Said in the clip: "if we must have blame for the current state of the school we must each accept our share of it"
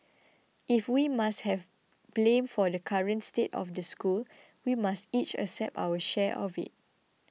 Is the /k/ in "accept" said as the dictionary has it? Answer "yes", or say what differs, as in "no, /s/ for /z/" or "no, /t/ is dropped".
no, /k/ is dropped